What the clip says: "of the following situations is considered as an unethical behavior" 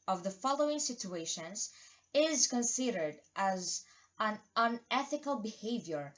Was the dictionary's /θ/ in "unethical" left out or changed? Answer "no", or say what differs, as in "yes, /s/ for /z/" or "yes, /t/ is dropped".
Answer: no